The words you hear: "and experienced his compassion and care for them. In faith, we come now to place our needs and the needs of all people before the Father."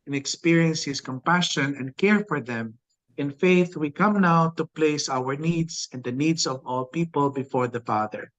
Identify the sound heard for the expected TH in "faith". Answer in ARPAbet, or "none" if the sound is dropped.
TH